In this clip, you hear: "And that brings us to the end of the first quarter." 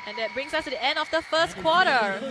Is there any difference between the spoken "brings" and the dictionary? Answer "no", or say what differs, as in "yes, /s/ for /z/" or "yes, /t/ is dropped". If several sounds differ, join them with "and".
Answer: yes, /s/ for /z/